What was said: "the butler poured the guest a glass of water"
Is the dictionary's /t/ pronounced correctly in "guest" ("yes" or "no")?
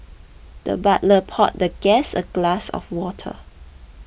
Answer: no